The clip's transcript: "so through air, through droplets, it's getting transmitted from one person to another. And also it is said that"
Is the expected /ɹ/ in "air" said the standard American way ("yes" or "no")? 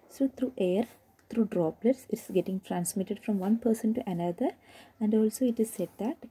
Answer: yes